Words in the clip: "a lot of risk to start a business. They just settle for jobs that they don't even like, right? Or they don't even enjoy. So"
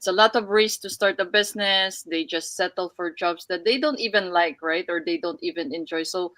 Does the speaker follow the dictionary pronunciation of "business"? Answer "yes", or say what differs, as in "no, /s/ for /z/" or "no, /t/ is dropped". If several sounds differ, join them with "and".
no, /s/ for /z/